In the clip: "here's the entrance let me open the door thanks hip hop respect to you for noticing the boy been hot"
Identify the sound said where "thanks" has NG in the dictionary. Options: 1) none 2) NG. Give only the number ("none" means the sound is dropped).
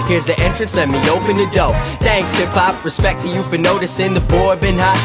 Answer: 2